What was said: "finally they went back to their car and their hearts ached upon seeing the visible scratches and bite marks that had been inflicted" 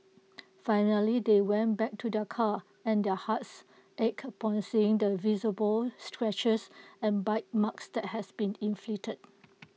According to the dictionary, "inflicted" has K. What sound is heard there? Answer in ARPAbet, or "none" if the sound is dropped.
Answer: none